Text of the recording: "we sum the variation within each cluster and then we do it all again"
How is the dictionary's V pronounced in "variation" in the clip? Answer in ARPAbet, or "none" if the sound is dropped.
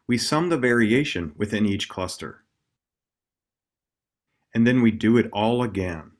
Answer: V